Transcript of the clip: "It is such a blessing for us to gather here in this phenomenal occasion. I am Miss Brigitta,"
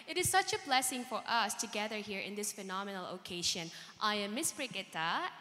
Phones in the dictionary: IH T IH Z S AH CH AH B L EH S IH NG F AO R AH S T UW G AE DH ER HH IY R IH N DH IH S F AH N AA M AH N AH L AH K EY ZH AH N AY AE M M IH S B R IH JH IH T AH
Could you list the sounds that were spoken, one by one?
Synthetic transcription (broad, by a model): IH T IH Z S AH CH AH B L EH S IH NG F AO R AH S T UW G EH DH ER HH IY R IH N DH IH S F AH N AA M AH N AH L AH K EY SH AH N AY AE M M IH S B R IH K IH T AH